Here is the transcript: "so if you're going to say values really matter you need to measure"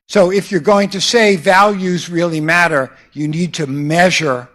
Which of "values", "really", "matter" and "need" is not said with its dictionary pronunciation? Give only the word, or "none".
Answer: none